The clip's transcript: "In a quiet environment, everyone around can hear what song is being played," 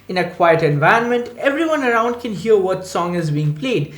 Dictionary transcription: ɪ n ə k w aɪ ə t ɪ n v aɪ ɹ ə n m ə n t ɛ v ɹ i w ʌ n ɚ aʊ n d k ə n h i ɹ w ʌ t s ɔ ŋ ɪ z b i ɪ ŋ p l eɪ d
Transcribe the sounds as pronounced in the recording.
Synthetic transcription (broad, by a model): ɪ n ə k w aɪ ə t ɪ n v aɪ ə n m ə n t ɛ v ɹ i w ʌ n ɚ aʊ n d k ə n h i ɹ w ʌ t s ɔ ŋ ɪ z b i ɪ ŋ p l eɪ d